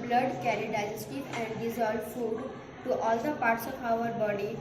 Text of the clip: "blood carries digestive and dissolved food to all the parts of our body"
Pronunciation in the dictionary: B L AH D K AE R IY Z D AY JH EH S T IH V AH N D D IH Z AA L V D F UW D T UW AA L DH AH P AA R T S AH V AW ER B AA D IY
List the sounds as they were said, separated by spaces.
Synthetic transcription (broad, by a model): B L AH D K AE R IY D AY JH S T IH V AH N D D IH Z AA L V F UW D T UW AA L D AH P AA R T S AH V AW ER B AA D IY